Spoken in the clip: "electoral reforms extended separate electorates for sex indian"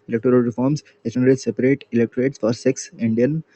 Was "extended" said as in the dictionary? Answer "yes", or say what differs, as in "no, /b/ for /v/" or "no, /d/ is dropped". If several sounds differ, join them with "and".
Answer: no, /k/ is dropped